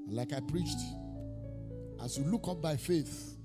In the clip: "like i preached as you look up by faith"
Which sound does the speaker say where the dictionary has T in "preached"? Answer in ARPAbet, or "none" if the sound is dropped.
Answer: T